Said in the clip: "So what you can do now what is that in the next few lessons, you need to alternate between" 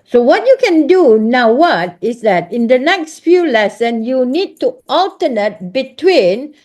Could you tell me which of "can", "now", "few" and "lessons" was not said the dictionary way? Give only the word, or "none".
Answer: lessons